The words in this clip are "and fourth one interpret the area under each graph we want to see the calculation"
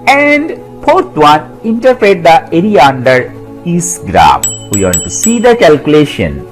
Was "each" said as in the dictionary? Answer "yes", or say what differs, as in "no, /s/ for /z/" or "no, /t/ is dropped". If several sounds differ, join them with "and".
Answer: no, /s/ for /tʃ/